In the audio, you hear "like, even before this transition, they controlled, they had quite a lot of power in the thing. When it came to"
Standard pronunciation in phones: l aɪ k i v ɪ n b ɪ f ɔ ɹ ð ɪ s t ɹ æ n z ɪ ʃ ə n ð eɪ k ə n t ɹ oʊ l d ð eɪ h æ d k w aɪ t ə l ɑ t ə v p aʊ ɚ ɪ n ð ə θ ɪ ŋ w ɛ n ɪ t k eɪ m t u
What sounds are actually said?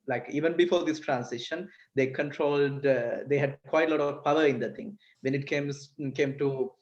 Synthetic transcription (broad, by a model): l aɪ k i v ɪ n b ɪ f ɔ ɹ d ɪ s t ɹ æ n s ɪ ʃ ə n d eɪ k ə n t ɹ oʊ l d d eɪ h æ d k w aɪ t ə l ɑ t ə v p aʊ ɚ ɪ n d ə t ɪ ŋ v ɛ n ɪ t k eɪ m t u